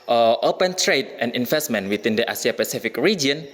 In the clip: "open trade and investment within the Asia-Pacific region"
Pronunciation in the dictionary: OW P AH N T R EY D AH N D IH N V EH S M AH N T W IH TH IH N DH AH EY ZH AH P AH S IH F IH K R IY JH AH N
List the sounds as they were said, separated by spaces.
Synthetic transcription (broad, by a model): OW P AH N T R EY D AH N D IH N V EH S M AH N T W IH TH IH N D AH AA S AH P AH S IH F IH K R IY JH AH N